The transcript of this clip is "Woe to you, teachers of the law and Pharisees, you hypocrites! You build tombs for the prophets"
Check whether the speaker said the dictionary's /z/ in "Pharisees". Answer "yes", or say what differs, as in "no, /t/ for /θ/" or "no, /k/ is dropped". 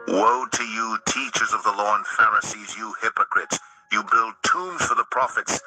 yes